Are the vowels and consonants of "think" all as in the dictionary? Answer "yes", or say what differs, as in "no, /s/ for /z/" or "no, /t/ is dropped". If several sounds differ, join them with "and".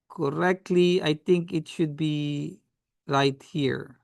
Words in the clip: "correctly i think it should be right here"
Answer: no, /t/ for /θ/